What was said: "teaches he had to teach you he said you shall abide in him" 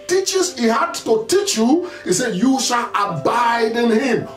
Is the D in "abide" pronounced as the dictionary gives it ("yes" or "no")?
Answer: yes